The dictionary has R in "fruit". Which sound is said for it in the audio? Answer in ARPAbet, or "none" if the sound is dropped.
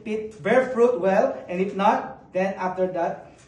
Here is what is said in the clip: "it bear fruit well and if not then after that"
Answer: R